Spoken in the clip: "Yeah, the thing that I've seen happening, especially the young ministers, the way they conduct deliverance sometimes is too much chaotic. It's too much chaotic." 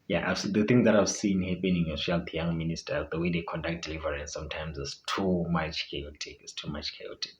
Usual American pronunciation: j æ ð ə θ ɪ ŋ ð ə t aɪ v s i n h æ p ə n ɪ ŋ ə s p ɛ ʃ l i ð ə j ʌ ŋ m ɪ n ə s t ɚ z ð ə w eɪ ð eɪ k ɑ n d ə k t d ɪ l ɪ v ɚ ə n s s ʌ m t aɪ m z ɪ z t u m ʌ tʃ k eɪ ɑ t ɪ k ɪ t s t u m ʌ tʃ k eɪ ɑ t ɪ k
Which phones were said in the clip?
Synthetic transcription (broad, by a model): j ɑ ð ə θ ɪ ŋ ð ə t aɪ v s i n h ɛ p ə n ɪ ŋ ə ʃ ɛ l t j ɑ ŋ m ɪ n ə s t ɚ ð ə w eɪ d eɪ k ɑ n d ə k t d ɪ l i v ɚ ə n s s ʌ m t aɪ m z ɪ s t u m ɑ tʃ k eɪ ɑ t ɪ k ɪ t s t u m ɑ tʃ k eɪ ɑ t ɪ k